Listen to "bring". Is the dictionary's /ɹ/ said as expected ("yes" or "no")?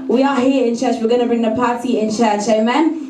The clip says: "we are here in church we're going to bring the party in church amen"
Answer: yes